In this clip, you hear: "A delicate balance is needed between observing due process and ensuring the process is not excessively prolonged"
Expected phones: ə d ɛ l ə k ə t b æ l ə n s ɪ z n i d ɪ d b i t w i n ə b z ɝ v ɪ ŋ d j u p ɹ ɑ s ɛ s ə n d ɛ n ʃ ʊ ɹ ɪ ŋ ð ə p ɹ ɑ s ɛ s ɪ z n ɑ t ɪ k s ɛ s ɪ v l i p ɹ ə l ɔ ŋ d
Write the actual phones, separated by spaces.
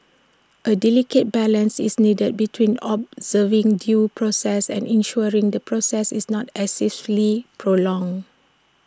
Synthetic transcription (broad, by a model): ə d ɛ l ə k ə t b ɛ l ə n s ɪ s n i d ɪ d b i t w i n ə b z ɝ v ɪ ŋ d j u p ɹ ɑ s ɛ s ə n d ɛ n ʃ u ɹ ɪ ŋ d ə p ɹ ɑ s ɛ s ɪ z n ɑ t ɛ s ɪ f l i p ɹ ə l ɔ ŋ